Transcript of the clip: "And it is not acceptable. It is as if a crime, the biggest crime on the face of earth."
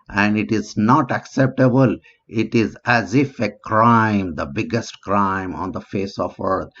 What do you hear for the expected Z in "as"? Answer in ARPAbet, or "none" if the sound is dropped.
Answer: Z